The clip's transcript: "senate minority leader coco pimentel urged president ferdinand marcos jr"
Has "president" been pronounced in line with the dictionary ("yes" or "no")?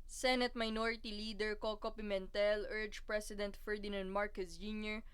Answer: no